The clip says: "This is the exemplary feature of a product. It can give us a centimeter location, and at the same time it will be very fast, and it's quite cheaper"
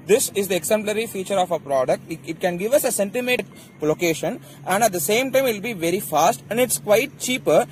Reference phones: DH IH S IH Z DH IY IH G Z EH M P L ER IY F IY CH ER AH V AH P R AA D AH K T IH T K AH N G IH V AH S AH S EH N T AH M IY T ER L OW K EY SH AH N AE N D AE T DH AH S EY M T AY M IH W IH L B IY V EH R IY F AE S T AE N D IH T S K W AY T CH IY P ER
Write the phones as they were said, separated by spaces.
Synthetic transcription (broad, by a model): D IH S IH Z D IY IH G S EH M P L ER IY F IY CH ER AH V AH P R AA D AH K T IH T K AH N G IH V AH S AH S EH N T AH M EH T L OW K EY SH AH N AE N D AE T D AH S EY M T AY M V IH L B IY V EH R IY F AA S T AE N D IH T S K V AY T CH IY P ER